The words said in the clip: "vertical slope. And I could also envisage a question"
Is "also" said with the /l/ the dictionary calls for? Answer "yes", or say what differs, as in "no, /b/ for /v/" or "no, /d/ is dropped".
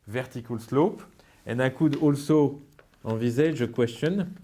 yes